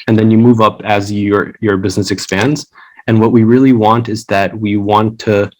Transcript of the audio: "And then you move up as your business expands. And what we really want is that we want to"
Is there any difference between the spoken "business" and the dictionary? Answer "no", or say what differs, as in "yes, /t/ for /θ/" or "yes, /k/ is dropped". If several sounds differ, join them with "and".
no